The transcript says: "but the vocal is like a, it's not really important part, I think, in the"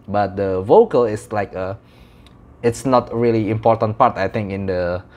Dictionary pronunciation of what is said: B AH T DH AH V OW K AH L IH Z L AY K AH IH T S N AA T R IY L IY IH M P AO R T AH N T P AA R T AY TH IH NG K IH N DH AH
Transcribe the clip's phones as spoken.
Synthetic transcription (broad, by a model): B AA T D AH V OW K AH L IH S L AY K AH IH T S N AA T R IY L IY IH M P AO T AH N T P AA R T AY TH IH NG K IH N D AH